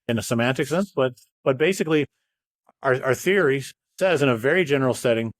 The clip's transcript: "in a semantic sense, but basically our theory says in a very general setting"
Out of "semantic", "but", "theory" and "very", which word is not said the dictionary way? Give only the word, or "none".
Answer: none